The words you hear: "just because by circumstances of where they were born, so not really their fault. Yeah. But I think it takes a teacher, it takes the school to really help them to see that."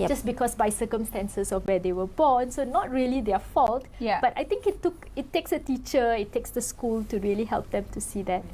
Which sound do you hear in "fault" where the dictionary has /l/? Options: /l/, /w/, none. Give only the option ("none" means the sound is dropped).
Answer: /l/